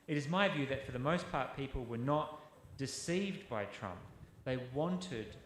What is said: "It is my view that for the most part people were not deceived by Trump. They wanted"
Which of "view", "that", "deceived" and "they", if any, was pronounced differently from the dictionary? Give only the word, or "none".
none